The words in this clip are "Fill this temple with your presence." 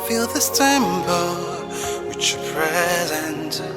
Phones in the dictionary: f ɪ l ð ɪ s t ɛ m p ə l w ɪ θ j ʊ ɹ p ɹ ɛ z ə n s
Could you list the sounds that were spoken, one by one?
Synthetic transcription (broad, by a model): f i l ð ɪ s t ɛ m b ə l w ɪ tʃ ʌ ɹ p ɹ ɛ z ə n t